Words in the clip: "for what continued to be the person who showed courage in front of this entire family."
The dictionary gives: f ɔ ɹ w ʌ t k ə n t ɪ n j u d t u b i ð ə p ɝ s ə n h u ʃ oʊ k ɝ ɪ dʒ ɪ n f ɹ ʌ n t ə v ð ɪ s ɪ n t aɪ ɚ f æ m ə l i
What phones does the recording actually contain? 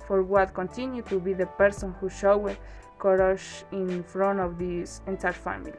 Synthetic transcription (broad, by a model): f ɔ ɹ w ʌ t k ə n t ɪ n j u t u b i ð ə p ɝ s ə n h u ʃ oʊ k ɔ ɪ ʃ ɪ n f ɹ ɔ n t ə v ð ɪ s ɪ n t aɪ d f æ m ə l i